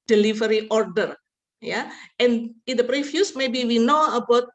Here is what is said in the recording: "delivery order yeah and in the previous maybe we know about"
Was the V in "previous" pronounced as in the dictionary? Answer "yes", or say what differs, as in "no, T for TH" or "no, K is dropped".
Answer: no, F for V